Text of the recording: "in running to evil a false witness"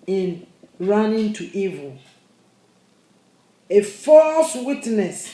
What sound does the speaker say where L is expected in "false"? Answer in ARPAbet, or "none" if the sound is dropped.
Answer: L